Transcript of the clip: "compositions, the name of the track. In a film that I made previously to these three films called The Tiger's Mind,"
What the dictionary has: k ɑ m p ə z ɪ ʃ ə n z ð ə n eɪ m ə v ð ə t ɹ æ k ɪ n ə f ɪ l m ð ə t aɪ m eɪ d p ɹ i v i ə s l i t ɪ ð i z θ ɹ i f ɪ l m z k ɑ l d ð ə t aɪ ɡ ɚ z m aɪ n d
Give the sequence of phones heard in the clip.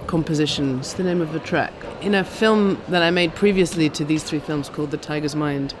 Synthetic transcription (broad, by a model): k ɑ m p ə z ɪ ʃ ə n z ð ə n eɪ m ə v ð ə t ɹ æ k ɪ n ə f ɪ l m ð ə t aɪ m eɪ d p ɹ i v i ə s l i t ɪ ð i z θ ɹ i f ɪ l m z k ɑ l d ð ə t aɪ ɡ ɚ z m aɪ n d